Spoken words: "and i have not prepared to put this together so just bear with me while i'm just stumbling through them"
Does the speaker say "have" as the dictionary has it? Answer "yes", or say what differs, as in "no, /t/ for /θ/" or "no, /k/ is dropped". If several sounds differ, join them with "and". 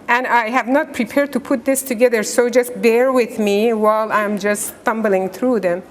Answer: yes